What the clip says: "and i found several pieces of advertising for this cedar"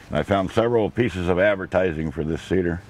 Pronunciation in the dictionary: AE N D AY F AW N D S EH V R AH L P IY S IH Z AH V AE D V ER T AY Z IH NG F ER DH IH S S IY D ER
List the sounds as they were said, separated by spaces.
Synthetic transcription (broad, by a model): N AY F AW N D S EH V R L P IY S IH Z AH V AE D V ER T AY Z IH NG F ER DH IH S S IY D ER